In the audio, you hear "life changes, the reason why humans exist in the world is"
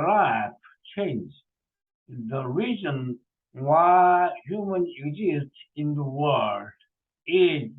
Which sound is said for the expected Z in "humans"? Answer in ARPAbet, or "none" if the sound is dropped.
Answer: none